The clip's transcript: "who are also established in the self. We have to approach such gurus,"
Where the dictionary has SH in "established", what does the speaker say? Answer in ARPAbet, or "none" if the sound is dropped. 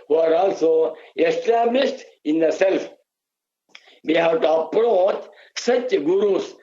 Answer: S